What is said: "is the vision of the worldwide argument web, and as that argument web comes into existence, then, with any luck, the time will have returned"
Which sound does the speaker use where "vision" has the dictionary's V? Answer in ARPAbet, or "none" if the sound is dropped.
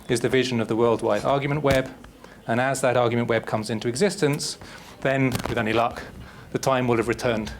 V